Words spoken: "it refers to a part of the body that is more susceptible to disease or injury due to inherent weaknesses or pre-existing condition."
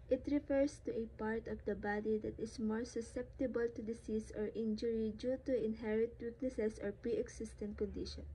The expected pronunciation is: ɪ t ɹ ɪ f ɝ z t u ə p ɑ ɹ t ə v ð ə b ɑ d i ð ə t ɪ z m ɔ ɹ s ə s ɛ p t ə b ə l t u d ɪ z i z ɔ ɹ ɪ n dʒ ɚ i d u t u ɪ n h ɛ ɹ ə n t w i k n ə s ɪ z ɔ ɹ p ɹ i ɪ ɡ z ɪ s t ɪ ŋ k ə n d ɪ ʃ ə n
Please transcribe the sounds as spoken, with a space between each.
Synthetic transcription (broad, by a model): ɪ t ɹ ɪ f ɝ s t u ə p ɑ ɹ t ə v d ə b ɑ d i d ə t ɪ s m ɔ ɹ s ə s ɛ p t ə b ə l t u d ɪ s i s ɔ ɹ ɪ n dʒ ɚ i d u t u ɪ n h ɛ ɹ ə t w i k n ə s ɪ s ɔ ɹ p ɹ i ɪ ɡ s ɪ s t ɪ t k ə n d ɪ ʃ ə n